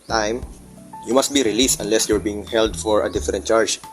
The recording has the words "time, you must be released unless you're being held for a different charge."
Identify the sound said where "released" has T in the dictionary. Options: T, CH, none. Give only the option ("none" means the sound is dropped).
T